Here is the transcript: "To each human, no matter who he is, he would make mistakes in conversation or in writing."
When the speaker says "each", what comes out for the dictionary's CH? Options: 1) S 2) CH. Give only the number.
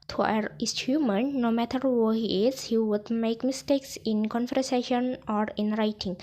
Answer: 1